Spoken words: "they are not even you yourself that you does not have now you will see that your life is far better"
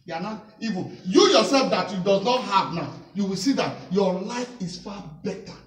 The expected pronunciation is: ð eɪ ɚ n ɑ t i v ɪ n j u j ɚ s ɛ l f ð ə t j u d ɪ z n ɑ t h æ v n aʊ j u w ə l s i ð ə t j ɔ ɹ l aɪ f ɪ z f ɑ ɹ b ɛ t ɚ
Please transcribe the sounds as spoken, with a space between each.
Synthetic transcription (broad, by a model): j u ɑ n ɑ t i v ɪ j u j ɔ s ɛ l f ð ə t j u d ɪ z n ɑ t h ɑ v n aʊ j u w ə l s i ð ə t j ɔ l aɪ f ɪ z f ɑ b ɛ t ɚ